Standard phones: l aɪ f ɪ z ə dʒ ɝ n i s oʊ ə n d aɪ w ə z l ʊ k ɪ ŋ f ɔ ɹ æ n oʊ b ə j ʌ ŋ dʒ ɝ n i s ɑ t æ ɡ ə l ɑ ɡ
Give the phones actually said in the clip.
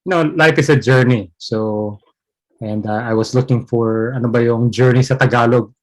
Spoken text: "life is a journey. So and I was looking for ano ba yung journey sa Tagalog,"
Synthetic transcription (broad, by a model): l aɪ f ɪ s ə dʒ ɝ n i s oʊ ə n d aɪ w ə s l ʊ k ɪ ŋ f ɔ ɹ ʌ n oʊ b ə j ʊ ŋ dʒ ɝ n i s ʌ t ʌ ɡ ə l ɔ ɡ